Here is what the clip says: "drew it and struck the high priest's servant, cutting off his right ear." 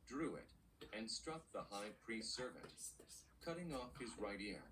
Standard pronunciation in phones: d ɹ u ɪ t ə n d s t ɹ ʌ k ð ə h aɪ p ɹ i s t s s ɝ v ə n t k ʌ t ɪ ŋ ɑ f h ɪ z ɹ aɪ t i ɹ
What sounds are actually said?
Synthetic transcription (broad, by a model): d ɹ u ɪ t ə n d s t ɹ ʌ k ð ə h aɪ p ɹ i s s s ɝ v ə n t k ʌ t ɪ ŋ ɑ f h ɪ z ɹ aɪ t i ɹ